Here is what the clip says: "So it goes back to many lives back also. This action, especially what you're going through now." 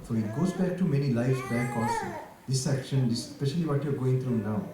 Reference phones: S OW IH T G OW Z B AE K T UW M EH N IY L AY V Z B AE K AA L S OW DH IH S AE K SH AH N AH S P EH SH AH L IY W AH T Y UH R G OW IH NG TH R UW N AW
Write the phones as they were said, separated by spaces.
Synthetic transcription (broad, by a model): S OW IH T G OW Z B AE K T UW M EH N IY L AY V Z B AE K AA S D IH S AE K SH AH N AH S P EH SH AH L IY W AH T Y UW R G OW IH NG T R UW N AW